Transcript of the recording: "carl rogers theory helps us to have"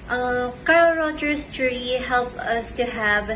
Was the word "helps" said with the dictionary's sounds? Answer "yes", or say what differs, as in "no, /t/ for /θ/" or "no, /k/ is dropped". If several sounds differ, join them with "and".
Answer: no, /s/ is dropped